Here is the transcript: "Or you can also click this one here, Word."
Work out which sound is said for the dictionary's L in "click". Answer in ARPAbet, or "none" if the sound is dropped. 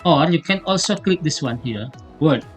L